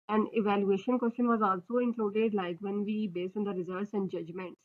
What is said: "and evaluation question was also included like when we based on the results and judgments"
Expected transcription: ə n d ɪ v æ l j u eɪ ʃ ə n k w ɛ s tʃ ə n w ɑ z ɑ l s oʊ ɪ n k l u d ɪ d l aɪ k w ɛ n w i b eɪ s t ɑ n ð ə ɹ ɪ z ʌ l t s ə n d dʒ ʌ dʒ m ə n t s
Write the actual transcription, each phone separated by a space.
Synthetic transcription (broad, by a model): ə n ɪ v æ l j u eɪ ʃ ə n k w ɛ s tʃ ə n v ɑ z ɑ l s oʊ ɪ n k l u d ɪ d l aɪ k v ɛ n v i b eɪ s t ɑ n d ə ɹ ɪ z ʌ t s ə n d dʒ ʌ dʒ m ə n t s